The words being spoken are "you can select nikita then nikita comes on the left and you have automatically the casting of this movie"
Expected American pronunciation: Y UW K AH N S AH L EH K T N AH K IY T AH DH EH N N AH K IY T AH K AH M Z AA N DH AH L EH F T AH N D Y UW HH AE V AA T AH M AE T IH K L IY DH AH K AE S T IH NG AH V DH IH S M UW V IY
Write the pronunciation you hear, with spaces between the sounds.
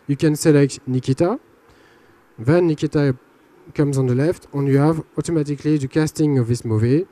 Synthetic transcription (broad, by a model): Y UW K AH N S AH L EH K T N AH K IY T AH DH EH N N AH K IY T AH K AH M Z AA N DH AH L EH F T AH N Y UW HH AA V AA T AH M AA T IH K L IY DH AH K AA S T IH NG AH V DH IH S M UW V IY